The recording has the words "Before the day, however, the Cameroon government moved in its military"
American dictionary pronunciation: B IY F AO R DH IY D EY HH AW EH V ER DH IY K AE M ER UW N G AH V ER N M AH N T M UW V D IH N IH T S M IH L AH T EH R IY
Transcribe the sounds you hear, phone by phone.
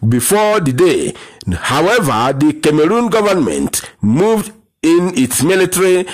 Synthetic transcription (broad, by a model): B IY F AO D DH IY D EY HH AW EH V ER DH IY K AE M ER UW N G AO V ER N M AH N T M UW V D IH N IH T S M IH L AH T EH R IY